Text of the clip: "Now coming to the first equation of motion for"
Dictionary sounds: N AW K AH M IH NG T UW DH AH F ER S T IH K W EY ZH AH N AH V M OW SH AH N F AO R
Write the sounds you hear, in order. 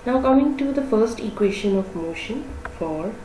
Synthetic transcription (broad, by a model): N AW K AH M IH NG T UW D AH F ER S T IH K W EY SH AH N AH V M OW SH AH N F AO R